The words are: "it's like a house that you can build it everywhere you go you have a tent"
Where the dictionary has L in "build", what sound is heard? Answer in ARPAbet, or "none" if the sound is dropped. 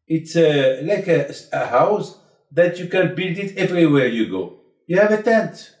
L